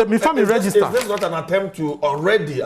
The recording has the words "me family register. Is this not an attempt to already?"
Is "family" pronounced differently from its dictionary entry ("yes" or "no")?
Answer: yes